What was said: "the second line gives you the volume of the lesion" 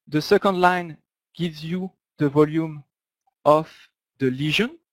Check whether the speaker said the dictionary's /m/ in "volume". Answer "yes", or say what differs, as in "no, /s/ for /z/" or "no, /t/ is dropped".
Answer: yes